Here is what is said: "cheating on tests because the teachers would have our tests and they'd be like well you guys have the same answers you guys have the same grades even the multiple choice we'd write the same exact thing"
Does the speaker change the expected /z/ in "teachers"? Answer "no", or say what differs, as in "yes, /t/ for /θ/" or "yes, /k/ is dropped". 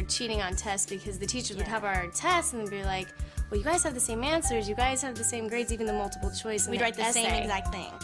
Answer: no